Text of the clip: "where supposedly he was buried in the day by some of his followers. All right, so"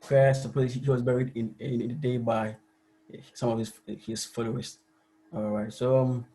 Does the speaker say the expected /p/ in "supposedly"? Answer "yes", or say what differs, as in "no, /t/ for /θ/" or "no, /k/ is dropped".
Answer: no, /p/ is dropped